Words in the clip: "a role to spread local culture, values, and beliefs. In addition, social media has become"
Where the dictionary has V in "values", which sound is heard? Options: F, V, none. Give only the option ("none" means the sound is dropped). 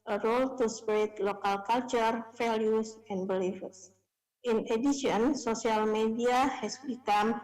F